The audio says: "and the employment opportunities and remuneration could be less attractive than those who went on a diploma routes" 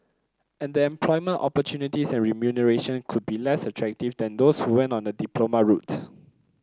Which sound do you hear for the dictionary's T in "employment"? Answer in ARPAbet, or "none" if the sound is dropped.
T